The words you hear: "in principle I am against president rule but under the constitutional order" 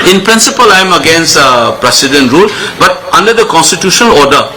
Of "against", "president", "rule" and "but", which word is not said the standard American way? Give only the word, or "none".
president